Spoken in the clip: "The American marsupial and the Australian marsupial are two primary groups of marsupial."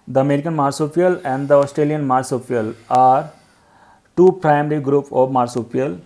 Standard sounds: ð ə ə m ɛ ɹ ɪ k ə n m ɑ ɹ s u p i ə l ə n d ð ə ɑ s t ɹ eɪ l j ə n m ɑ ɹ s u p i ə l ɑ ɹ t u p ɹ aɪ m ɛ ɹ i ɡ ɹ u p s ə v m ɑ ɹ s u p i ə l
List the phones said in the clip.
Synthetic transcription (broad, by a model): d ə ə m ɛ ɹ ɪ k ə n m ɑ ɹ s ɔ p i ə l ə n d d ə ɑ s t ɹ eɪ l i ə n m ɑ ɹ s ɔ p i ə l ɑ ɹ t u p ɹ aɪ m ɛ ɹ i ɡ ɹ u p ə v m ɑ ɹ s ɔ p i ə l